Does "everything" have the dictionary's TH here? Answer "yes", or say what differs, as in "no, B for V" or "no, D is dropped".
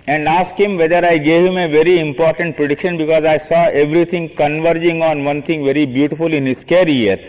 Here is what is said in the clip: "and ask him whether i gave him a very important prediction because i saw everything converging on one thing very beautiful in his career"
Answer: no, T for TH